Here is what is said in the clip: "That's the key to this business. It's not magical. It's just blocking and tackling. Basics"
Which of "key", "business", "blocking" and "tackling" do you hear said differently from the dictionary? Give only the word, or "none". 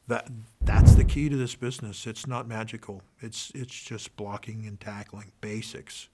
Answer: none